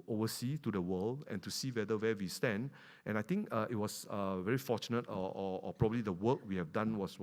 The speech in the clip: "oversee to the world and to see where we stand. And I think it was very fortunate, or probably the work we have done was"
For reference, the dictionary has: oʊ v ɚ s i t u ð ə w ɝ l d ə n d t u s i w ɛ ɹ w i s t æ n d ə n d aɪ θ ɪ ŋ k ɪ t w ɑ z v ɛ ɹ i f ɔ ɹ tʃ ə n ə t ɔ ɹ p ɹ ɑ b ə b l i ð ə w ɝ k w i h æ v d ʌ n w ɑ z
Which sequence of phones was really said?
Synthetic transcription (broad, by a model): oʊ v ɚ s i t u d ə w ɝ l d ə n t u s i w ɛ w w i s t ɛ n d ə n aɪ t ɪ ŋ k ɪ t w ɑ s v ɛ ɹ i f ɔ tʃ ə n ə t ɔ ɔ p ɹ ɑ b ə b l i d ə w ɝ k w i h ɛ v d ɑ n w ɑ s